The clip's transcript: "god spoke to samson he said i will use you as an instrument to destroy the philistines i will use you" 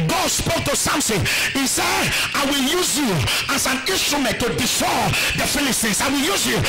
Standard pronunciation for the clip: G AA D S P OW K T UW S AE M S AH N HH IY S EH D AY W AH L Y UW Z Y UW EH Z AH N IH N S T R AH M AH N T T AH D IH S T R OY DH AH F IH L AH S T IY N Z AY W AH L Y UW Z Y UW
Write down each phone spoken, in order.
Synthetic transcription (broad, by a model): G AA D S P OW K T UW S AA M S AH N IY S EH D AY W AH L Y UW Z Y UW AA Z AH N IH N S T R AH M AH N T T AH D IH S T OY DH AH F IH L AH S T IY N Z AY W AH L Y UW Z Y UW